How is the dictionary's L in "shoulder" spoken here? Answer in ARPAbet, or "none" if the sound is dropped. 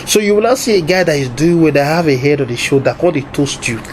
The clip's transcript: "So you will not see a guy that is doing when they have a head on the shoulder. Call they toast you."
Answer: none